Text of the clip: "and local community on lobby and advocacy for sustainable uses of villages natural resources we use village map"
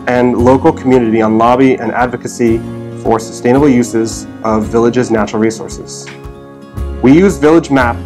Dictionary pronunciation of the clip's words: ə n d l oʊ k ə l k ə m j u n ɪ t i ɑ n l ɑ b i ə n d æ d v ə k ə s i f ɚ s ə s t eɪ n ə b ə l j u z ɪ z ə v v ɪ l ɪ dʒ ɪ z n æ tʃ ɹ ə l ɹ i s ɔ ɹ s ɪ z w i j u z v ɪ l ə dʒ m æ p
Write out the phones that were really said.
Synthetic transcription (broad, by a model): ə n l oʊ k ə l k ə m j u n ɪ t i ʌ n l ɑ b i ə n æ d v ə k ə s i f ɚ s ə s t eɪ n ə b l j u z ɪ z ə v v ɪ l ɪ dʒ ɪ z n æ tʃ ɹ l ɹ i s ɔ ɹ s ɪ z w i j u z v ɪ l ə dʒ m æ p